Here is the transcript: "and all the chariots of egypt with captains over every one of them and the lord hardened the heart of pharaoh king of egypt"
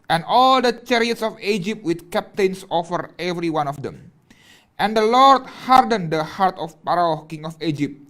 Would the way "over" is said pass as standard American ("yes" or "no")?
no